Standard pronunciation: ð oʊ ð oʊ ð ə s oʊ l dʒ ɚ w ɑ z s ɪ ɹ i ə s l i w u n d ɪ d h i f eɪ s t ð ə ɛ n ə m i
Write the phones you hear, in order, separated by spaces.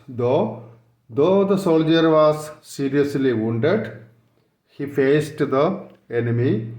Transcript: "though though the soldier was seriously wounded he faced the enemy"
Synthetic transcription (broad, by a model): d oʊ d oʊ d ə s oʊ l dʒ ɚ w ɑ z s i ɹ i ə s l i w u n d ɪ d h i f eɪ s t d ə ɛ n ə m i